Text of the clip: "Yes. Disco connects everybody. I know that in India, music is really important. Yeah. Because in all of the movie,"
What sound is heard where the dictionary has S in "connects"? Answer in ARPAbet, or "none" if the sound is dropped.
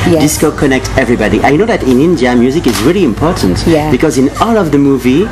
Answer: none